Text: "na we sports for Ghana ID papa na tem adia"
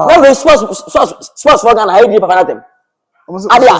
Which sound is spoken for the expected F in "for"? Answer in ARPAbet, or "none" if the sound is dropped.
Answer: P